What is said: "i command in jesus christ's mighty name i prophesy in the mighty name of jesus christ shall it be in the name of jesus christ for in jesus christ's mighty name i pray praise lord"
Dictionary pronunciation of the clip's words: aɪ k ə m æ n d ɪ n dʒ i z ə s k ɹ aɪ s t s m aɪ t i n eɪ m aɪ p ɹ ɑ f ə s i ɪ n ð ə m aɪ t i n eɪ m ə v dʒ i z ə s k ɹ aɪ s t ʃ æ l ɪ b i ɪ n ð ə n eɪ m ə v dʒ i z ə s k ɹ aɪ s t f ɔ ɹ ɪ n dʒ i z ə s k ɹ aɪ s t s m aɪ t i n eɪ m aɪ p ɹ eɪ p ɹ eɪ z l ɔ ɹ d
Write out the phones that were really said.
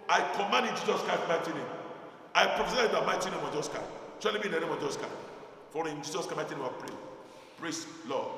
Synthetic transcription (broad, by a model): aɪ k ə m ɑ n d ɪ n dʒ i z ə s k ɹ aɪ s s m aɪ t i n eɪ m aɪ p ɹ ɑ f ə s i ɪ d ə m aɪ t i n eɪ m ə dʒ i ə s k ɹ aɪ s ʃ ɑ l ɪ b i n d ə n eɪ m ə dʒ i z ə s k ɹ aɪ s f ɔ ɹ ɪ n dʒ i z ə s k aɪ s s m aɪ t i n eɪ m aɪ p ɹ eɪ p ɹ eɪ s l ɔ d